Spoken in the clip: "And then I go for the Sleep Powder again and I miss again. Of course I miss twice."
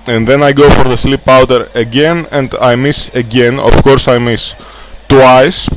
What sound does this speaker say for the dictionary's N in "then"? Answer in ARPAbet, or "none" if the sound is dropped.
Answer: N